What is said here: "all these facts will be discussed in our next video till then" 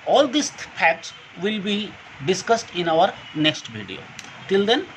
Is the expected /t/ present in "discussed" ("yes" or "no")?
yes